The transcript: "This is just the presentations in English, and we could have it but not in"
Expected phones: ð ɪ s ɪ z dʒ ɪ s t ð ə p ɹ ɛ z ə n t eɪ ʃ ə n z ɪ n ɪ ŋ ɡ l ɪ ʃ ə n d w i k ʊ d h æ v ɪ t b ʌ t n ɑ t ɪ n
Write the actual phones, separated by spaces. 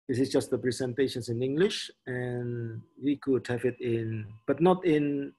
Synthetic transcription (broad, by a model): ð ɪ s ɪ s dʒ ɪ s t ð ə p ɹ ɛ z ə n t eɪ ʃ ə n s ɪ n ɪ ŋ ɡ l ɪ ʃ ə n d w i k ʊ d h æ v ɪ t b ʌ t n ɑ t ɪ n